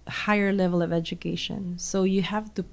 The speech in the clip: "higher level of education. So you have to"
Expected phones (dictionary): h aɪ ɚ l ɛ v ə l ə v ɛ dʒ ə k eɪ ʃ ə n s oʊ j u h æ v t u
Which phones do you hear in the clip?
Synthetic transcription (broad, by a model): h aɪ ɚ l ɛ v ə l ə v ɛ dʒ ə k eɪ ʃ ə n s oʊ j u h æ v t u